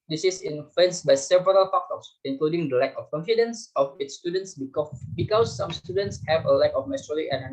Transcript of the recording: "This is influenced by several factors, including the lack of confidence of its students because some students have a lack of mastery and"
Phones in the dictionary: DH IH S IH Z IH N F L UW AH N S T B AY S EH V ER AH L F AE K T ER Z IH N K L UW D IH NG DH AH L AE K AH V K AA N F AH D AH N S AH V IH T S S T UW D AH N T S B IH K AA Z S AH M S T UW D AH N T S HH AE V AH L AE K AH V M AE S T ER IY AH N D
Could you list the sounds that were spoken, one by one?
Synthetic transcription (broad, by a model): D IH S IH S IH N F UW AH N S B AY S EH V ER AH L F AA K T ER S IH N K L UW D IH NG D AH L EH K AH F K AA N F AH D AH N S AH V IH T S S T UW D AH N T S B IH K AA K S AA M S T UW D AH N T S HH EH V AH L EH K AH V M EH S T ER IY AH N